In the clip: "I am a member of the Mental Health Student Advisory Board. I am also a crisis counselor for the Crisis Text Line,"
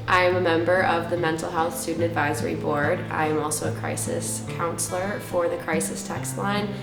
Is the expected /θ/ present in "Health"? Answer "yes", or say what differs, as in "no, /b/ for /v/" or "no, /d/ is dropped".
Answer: yes